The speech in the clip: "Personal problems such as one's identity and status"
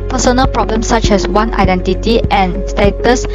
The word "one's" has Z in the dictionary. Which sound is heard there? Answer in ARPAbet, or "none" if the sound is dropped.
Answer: none